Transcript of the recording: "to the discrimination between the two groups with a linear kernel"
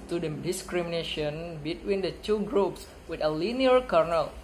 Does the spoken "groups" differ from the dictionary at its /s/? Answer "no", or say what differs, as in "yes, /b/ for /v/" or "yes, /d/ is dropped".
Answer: no